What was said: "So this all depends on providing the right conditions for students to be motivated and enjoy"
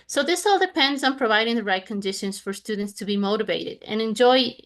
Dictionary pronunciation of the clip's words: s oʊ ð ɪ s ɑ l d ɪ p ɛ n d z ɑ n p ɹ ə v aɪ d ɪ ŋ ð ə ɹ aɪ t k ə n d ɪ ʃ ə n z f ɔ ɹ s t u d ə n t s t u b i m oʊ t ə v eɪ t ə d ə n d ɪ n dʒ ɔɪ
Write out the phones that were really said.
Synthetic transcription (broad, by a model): s oʊ ð ɪ s ɑ l d ɪ p ɛ n d z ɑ n p ɹ ə v aɪ d ɪ ŋ ð ə ɹ aɪ t k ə n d ɪ ʃ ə n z f ɔ ɹ s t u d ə n t s t u b i m oʊ t ə v eɪ t ə d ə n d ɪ n dʒ ɔɪ